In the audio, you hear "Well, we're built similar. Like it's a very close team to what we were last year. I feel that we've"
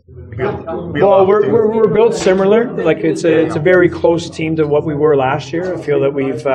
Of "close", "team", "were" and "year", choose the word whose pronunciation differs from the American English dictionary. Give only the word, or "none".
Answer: none